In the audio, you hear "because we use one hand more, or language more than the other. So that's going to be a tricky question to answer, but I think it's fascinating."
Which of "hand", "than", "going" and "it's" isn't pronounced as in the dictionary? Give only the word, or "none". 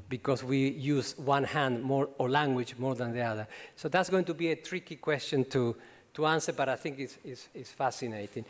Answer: it's